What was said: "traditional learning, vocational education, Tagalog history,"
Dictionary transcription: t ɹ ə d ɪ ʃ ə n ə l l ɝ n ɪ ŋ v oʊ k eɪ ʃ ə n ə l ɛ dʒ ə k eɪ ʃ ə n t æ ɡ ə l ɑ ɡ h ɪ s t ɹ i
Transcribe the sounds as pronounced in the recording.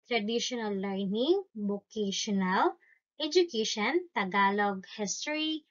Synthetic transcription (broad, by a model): t ɹ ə d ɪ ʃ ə n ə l l ɝ n ɪ ŋ b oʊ k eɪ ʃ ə n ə l ɛ dʒ ə k eɪ ʃ ə n t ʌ ɡ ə l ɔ ɡ h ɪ s t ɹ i